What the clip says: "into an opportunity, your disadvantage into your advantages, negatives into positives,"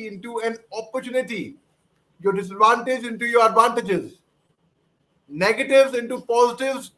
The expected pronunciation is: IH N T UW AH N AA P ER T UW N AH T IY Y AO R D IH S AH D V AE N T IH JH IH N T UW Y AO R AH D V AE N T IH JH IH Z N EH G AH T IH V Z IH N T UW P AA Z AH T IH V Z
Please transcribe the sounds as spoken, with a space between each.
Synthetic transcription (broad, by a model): IH N T UW AH N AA P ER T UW N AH T IY Y AO R D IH S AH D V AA N T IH JH IH N T UW Y AO R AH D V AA N T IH JH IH Z N EH G AH T IH V Z IH N T UW P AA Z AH T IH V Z